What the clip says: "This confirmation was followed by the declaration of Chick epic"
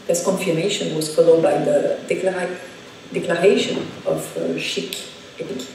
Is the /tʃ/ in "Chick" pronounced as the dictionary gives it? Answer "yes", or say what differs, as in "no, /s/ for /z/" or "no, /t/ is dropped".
no, /ʃ/ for /tʃ/